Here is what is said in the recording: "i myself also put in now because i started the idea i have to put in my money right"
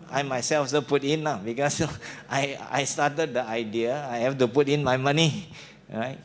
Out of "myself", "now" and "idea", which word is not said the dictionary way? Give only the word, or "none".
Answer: now